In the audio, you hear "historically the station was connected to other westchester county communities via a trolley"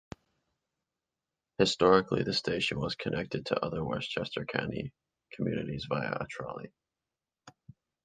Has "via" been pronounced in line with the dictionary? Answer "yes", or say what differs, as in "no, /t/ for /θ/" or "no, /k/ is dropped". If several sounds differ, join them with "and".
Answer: yes